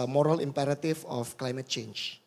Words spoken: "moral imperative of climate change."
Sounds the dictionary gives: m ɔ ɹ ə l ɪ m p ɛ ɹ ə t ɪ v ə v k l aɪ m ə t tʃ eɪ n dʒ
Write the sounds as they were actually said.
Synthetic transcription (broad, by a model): m ɔ ɹ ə l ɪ m p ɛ ɹ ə t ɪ f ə f k l aɪ m ə t tʃ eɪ n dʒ